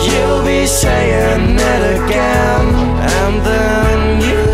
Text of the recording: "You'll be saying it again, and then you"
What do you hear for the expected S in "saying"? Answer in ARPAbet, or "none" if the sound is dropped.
SH